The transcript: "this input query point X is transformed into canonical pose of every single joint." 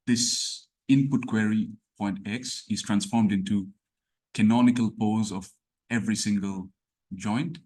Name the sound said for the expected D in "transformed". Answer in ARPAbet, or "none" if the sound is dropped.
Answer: D